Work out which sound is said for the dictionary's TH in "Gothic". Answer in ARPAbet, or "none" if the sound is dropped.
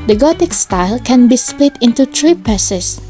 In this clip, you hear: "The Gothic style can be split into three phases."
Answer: T